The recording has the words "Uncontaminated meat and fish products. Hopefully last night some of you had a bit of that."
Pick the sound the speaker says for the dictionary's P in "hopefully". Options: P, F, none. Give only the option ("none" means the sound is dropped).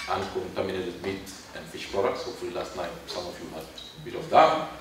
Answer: none